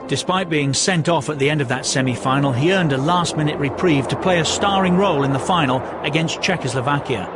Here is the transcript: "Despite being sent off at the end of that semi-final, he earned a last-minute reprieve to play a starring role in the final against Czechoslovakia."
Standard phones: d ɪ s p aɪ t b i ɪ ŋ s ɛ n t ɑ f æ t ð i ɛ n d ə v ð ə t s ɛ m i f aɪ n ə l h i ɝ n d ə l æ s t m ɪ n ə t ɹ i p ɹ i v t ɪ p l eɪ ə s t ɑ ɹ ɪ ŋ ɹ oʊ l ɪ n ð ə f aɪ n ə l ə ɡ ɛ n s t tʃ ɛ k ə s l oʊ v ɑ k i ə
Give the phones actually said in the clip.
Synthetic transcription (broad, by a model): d ɪ s p aɪ t b i ɪ ŋ s ɛ n t ɑ f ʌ t ð i ɛ n d ə v ð ə t s ɛ m i f aɪ n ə l i ɝ n d ə l æ s t m ɪ n ə t ɹ i p ɹ i v t ɪ p l eɪ ə s t ɑ ɹ ɪ ŋ ɹ oʊ l ɪ n ð ə f aɪ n l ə ɡ ɛ n s tʃ ɛ k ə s l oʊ v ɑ k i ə